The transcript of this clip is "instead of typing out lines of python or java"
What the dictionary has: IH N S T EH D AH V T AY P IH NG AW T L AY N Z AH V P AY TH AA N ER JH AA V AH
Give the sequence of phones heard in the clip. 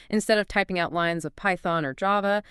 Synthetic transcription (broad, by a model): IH N S T EH D AH V T AY P IH NG AW T L AY N Z AH V P AY TH AA N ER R AA V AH